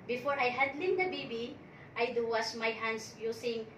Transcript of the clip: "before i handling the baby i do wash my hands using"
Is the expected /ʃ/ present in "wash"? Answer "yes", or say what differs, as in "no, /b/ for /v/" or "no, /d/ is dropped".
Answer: no, /s/ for /ʃ/